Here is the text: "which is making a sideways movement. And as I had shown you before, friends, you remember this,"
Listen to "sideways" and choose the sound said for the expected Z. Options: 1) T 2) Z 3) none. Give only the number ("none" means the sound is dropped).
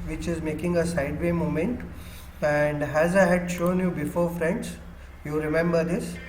3